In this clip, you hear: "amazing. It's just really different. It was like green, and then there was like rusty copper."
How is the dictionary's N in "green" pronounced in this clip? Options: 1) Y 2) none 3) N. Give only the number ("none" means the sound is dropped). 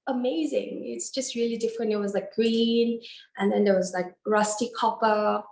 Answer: 3